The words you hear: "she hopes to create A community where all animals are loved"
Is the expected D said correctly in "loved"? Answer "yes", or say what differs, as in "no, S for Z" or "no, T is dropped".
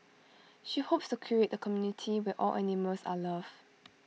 no, D is dropped